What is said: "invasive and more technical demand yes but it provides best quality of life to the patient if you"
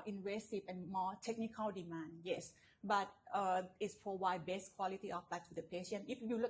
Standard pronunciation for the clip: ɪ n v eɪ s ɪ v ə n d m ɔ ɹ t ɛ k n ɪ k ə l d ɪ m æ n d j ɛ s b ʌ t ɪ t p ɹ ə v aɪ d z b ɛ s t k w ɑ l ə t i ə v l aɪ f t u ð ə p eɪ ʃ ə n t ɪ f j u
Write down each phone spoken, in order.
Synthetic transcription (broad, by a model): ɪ n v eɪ s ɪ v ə n m ɔ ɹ t ɛ k n ɪ k ə l d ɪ m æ n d j ɛ s b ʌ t ɪ t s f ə w aɪ b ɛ s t k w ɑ l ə t i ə f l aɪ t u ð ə p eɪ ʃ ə n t ɪ f j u